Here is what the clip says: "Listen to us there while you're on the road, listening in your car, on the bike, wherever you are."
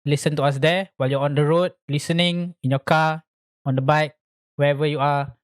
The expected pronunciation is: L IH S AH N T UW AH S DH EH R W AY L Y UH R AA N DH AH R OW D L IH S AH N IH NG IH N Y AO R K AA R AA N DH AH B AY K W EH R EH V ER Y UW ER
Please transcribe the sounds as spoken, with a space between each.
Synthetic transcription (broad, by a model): L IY S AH N T UW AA S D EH W AY L Y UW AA AA N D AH R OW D L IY S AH N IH NG IH N Y AO K AA AA N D AH B AY K W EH EH V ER Y UW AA